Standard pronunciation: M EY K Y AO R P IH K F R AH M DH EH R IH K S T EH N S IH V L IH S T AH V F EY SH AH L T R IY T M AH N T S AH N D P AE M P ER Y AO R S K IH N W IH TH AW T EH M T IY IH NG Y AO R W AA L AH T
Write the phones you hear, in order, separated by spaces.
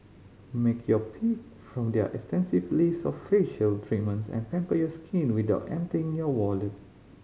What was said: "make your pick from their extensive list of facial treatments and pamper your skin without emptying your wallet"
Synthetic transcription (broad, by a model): M EY K Y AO P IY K F R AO M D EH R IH K S T EH N S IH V L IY S AH F EY SH AH L T R IY T M AH N T S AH N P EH M P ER Y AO S K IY N W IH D AW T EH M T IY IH NG Y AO W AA L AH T